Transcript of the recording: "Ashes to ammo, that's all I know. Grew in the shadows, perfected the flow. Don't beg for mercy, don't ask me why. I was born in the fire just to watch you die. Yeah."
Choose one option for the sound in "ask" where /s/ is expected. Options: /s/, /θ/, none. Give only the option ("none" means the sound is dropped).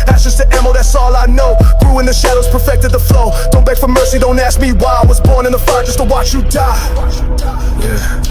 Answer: /s/